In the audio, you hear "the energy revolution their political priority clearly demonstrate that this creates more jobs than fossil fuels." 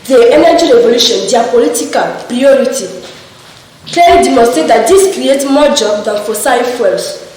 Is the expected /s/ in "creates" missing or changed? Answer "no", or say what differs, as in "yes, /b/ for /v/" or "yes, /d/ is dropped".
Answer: yes, /s/ is dropped